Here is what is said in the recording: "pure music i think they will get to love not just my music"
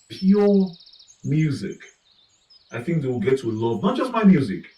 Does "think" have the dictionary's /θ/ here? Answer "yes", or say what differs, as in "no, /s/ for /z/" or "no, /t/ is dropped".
yes